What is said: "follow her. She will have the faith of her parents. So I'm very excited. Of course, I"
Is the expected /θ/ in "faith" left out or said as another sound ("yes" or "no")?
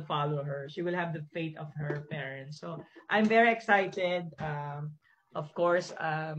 yes